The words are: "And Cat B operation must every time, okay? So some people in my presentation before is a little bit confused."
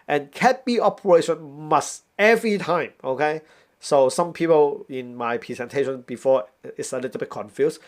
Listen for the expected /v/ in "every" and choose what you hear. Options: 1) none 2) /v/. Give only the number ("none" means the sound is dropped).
2